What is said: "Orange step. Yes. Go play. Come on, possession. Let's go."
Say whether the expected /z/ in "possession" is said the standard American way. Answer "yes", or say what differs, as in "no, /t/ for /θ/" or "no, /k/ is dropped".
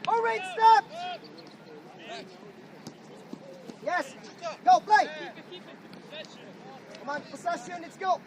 no, /s/ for /z/